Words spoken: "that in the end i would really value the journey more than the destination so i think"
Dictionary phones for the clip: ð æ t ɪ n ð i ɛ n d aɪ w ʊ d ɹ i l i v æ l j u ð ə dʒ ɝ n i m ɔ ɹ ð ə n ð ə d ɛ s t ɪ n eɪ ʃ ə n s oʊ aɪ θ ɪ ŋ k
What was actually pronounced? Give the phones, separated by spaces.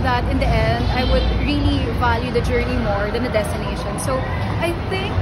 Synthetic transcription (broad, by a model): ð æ t ɪ n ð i ɛ n d aɪ w ʊ d ɹ i l i v æ l j u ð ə dʒ ɝ n i m ɔ ɹ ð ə n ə d ɛ s t ɪ n eɪ ʃ ə n s oʊ aɪ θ ɪ ŋ k